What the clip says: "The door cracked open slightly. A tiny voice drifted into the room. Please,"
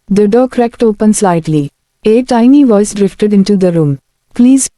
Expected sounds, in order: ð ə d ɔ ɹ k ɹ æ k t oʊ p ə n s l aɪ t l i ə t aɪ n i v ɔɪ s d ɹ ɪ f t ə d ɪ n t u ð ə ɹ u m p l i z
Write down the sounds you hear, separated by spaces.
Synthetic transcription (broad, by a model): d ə d ɔ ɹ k ɹ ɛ k t oʊ p ə n s l aɪ t l i ə t aɪ n i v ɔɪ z d ɹ ɪ f t ə d ɪ n t u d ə ɹ u m p l i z